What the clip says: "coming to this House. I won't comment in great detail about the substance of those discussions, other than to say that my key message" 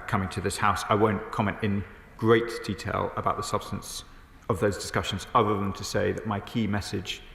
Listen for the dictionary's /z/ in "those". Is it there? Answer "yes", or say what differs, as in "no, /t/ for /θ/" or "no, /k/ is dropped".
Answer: yes